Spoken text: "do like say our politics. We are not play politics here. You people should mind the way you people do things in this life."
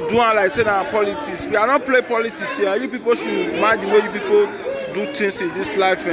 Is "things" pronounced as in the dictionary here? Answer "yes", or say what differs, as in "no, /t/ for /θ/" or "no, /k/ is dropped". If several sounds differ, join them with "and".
no, /t/ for /θ/ and /s/ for /z/